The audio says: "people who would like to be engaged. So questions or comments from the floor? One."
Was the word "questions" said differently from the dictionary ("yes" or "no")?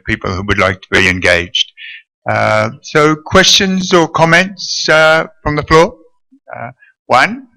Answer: no